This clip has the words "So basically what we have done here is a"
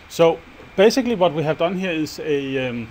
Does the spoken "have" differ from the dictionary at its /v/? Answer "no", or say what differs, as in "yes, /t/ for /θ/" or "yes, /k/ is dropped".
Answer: no